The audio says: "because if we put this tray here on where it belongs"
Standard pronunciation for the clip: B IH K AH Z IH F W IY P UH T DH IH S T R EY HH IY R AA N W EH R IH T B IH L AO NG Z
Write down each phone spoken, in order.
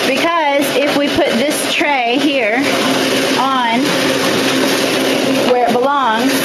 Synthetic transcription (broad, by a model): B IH K AH Z IH F W IY P UH T DH IH S T R EY HH IY R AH N W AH R IH T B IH L AO NG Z